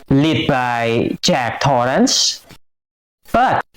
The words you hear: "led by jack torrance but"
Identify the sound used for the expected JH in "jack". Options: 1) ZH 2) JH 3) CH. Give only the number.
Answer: 3